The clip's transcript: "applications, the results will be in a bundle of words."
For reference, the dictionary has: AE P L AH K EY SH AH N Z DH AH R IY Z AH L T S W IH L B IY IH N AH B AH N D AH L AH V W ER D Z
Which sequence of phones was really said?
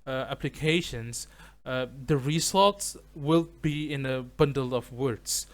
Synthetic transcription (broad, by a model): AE P L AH K EY SH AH N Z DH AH R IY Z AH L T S W IH L B IY IH N AH B AH N D AH L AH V W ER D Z